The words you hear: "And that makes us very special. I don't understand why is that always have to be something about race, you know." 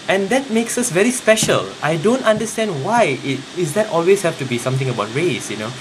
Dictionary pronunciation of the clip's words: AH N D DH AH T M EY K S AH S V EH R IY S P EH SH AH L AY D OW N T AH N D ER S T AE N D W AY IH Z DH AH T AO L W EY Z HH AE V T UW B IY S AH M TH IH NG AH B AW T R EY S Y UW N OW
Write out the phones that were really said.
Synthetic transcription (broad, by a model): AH N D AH T M EY K S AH S V EH R IY S P EH SH AH L AY D OW N T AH N D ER S T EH N D W AY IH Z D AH T AO L W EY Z HH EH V T UW B IY S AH M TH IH NG AH B AW T R EY S Y UW N OW